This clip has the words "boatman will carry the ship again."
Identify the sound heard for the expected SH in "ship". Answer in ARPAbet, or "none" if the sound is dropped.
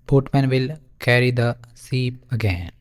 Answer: S